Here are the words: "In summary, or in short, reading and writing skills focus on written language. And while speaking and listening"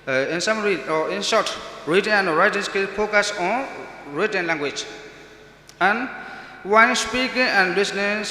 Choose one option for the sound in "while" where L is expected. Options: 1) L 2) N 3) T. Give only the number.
2